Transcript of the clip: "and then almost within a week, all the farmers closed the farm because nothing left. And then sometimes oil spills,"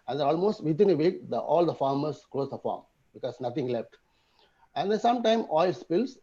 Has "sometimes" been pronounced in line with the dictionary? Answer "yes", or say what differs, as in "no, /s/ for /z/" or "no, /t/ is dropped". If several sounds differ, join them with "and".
no, /z/ is dropped